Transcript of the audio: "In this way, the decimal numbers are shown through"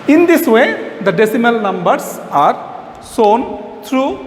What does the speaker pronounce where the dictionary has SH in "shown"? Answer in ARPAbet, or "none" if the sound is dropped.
S